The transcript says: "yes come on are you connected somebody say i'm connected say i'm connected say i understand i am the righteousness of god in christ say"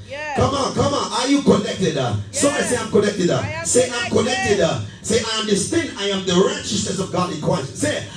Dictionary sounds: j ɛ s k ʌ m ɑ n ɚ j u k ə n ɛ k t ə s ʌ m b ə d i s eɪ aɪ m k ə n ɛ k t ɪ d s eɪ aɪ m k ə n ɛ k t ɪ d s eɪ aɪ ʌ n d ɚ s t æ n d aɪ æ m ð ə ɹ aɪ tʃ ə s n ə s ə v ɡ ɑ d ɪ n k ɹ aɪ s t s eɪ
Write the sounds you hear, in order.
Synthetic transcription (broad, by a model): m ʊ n k ʌ m ɑ n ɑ j u k ə n ɛ k t ə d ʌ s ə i s eɪ aɪ m k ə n ɛ k t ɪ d s eɪ aɪ m k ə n ɛ k t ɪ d s eɪ aɪ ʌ n d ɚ s t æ n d aɪ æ m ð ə ɹ aɪ tʃ ə s n ə s ə v ɡ ɑ d ɪ n k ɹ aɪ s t s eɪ